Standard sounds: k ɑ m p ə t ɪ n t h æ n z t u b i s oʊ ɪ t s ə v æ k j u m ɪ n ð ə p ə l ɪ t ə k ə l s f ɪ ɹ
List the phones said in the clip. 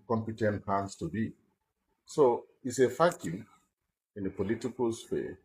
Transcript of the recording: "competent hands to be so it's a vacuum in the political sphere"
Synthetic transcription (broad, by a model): k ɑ m p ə t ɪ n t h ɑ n s t u b i s oʊ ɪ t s ə f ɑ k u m ɪ n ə p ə l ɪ t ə k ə l s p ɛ